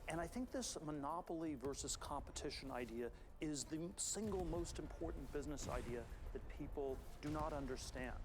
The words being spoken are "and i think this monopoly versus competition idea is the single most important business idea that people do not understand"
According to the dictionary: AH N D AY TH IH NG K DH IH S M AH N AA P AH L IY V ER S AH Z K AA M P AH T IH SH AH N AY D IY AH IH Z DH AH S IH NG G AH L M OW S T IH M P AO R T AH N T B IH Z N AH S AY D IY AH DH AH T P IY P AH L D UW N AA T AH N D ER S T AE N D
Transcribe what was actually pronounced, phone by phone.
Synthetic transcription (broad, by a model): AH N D AY TH IH NG K DH IH S M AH N AA P L IY V ER S AH Z K AA M P AH T IH SH AH N AY D IY AH IH Z DH AH S IH NG G L M OW S T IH M P AO R T N B IH Z N AH S AY D IY AH DH AH T P IY P L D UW N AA T AH N D ER S T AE N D